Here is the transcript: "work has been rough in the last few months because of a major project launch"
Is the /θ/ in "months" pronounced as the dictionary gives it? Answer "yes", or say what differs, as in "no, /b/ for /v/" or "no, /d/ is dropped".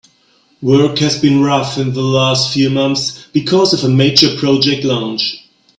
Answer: yes